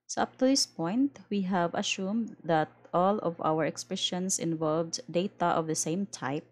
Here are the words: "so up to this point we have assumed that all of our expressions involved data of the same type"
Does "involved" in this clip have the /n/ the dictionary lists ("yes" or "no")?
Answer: yes